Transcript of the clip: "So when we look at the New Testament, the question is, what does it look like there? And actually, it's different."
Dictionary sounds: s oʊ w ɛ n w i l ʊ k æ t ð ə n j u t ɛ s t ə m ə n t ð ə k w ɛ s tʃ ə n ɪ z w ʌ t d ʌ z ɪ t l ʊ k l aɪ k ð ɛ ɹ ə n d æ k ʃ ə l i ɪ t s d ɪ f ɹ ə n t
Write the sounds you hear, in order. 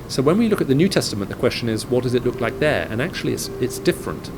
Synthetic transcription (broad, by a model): s oʊ w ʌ n w i l ʊ k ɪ t ð ə n j u t ɛ s t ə m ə n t ð ə k w ɛ s tʃ ə n ɪ z w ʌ t d ʌ z ɪ t l ʊ k l aɪ k ð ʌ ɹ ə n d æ k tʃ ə l i ɪ t s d ɪ f ɹ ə n t